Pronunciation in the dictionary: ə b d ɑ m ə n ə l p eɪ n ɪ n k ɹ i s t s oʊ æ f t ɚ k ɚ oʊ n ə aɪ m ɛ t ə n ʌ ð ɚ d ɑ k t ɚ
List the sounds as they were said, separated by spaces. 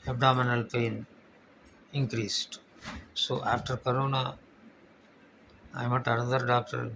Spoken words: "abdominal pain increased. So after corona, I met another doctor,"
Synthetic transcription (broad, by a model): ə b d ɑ m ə n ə l p eɪ n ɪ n k ɹ i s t s oʊ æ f t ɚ k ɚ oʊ n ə aɪ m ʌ t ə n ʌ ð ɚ d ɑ k t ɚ